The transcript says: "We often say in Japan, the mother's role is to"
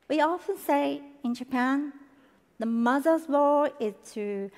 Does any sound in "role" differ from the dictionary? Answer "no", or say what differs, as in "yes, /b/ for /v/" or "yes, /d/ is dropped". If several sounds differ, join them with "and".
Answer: yes, /w/ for /ɹ/